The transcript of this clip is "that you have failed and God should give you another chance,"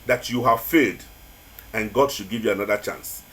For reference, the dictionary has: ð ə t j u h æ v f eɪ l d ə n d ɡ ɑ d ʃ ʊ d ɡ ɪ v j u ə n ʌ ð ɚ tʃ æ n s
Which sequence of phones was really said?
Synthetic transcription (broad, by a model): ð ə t j u h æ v f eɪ d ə n ɡ ɑ d ʃ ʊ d ɡ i v j u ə n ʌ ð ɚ tʃ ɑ n s